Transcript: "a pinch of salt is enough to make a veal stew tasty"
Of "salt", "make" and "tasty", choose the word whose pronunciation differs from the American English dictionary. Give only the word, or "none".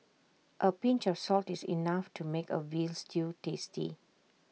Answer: none